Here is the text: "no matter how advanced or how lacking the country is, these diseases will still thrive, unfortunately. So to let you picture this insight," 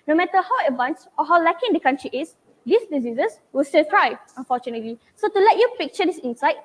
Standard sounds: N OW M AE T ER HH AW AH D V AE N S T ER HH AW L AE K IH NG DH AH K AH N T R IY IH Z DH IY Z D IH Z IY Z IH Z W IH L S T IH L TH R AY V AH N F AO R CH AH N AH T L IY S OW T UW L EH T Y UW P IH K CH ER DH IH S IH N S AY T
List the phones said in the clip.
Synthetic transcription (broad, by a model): N OW M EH T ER HH AW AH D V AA N S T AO HH AW L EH K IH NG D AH K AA N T R IY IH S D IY S D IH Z IY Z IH S W IH L S T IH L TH R AY AH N F AO CH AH N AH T L IY S OW T UW L EH T Y UW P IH K CH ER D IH S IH N S AY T